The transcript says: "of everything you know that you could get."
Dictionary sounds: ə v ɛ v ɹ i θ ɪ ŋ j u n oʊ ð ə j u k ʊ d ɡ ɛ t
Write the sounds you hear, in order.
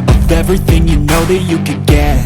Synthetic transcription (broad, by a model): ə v ɛ v ɹ i θ ɪ ŋ j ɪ n oʊ ð ə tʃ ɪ k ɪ d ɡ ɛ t